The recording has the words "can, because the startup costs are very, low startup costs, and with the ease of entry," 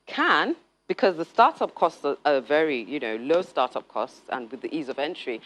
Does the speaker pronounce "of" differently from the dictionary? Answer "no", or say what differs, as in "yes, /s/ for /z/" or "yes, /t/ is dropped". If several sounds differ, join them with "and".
no